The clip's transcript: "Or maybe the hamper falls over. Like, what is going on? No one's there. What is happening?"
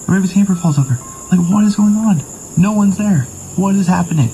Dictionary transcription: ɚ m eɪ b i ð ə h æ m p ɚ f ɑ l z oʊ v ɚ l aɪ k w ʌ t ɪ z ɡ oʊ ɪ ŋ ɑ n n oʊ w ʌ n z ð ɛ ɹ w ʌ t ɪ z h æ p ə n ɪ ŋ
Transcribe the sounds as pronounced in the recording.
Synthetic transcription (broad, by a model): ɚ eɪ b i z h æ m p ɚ f ɑ l z oʊ v ɚ l aɪ k w ʌ t ɪ z ɡ oʊ ɪ ŋ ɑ n n oʊ w ʌ n z ð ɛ ɹ w ʌ t ɪ z h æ p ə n ɪ ŋ